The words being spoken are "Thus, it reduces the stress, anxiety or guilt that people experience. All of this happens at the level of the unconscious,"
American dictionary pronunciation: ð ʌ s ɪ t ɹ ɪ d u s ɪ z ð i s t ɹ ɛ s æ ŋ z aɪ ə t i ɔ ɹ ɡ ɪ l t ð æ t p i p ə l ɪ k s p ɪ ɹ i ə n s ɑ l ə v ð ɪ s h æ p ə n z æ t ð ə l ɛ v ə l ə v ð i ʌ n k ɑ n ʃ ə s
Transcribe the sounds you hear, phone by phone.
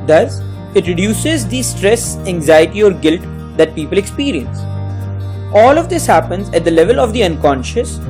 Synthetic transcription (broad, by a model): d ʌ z ɪ t ɹ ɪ d u s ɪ z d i s t ɹ ɛ s æ ŋ z aɪ ə t i ɔ ɹ ɡ ɪ l t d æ t p i p ə l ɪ k s p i ɹ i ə n s ɑ l ə v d ɪ s h æ p ə n z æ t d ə l ɛ v ə l ə v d i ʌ n k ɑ n ʃ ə s